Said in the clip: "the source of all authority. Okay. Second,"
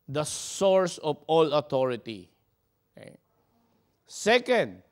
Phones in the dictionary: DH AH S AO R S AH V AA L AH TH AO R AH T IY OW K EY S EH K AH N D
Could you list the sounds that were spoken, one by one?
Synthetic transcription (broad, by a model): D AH S AO R S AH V AA L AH T AO R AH T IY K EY S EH K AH N D